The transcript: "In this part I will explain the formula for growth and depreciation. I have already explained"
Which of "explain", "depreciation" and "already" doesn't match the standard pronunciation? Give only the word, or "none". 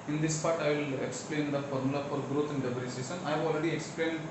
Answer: depreciation